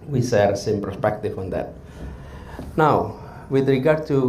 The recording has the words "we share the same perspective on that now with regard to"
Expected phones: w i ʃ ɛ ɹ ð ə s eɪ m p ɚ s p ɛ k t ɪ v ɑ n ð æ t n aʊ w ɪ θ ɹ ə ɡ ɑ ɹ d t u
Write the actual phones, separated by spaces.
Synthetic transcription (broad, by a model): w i s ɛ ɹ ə s eɪ m p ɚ s p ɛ k t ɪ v ɑ n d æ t n aʊ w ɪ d ɹ ə ɡ ɑ ɹ d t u